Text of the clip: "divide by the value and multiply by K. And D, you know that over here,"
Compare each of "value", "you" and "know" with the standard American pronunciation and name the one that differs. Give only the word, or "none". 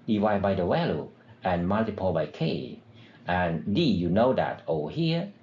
value